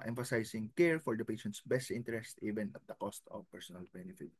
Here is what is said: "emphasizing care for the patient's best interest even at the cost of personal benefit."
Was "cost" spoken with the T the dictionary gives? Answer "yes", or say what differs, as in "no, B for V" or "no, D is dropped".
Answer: yes